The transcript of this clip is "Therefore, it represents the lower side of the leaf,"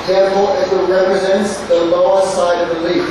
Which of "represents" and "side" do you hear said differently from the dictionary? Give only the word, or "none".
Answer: none